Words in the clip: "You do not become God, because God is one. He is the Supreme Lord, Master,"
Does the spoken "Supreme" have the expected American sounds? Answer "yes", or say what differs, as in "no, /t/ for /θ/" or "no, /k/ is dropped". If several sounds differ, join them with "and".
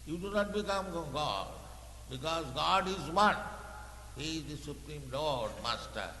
yes